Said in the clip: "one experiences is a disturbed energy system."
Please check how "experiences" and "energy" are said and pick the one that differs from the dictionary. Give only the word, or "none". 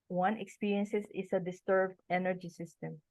experiences